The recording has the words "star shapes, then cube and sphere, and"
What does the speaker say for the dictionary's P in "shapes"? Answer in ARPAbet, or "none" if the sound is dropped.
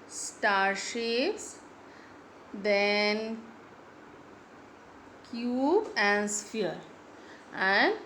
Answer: none